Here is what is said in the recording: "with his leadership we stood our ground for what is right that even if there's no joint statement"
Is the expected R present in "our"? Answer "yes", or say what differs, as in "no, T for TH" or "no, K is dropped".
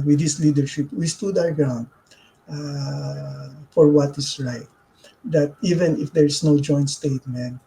no, W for R